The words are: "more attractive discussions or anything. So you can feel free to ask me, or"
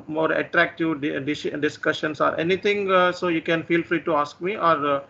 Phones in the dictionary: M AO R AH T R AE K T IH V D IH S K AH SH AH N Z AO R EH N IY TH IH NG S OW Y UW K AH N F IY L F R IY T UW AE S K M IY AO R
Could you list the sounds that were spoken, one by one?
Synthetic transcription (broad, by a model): M AO R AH T R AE K T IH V D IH S K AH SH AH N S AO R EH N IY T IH NG S OW Y UW K AH N F IY L F R IY T UW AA S K M IY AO R